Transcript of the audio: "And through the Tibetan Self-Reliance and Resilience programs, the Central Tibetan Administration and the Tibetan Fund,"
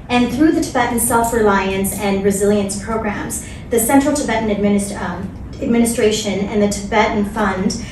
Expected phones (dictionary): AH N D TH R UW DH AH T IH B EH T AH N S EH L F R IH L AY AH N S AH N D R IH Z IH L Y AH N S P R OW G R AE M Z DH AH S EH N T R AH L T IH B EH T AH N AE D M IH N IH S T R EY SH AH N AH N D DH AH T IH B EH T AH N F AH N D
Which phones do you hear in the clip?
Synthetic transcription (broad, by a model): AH N TH R UW DH AH T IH B EH T N S EH L F R IH L AY AH N S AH N R IH Z IH L Y AH N S P R OW G R AE M Z DH AH S EH N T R L T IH B EH T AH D AE D M IH N IH S T R EY SH AH N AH N DH AH T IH B EH T N F AH N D